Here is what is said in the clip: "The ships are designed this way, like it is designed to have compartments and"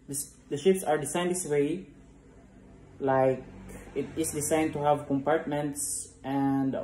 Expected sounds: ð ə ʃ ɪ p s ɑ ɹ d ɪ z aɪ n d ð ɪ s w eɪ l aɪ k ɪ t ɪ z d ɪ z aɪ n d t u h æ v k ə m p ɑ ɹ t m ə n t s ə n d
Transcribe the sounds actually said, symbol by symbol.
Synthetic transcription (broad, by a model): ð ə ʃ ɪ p s ɑ ɹ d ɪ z aɪ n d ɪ s w eɪ l aɪ k ɪ t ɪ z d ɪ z aɪ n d t u h æ v k ə m p ɑ ɹ t m ə n t s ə n d